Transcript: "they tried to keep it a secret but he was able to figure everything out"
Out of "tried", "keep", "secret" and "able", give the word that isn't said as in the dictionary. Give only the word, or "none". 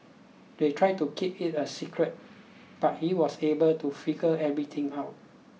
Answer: none